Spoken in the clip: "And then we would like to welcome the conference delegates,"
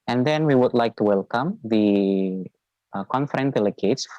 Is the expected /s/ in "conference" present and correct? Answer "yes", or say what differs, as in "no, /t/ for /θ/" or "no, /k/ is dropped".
no, /s/ is dropped